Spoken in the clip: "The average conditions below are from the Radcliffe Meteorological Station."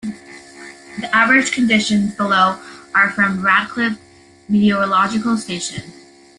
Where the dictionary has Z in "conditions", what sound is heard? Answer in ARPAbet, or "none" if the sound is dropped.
Z